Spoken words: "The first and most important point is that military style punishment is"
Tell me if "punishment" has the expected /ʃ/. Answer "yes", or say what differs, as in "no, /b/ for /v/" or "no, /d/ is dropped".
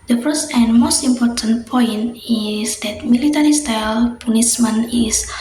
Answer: no, /s/ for /ʃ/